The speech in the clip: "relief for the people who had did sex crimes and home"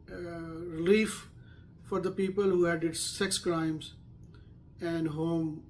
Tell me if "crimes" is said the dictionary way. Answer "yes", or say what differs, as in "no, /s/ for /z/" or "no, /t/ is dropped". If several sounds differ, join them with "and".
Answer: yes